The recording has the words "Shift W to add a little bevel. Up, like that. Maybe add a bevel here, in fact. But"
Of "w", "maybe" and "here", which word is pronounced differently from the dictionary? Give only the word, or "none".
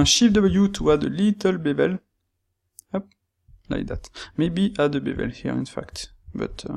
w